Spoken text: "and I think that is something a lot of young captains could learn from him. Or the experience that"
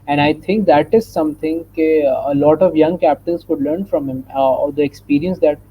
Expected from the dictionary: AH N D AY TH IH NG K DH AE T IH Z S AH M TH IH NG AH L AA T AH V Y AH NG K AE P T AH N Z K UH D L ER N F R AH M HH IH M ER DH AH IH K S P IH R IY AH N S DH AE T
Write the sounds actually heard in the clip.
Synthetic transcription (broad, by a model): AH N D AY T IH NG K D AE T IH Z S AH M T IH NG AH L AA T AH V Y AH NG K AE P T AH N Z K UH D L ER N F R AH M HH IH M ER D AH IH K S P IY R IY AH N S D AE T